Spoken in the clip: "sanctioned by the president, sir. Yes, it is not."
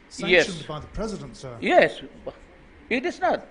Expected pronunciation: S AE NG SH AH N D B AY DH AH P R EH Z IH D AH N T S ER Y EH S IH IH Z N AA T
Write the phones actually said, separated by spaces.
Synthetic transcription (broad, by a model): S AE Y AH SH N B AY DH AH P R EH Z IH D AH N T S ER Y EH S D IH S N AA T